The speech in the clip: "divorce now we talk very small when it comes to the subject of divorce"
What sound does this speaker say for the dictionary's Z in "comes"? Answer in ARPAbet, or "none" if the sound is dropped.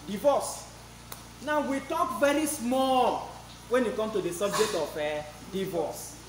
none